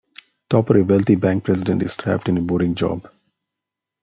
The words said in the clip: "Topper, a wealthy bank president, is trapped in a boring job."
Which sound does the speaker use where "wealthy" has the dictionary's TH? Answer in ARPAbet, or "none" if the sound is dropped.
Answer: T